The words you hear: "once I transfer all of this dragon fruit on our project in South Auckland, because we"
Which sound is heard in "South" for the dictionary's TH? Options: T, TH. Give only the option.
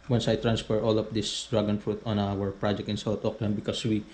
T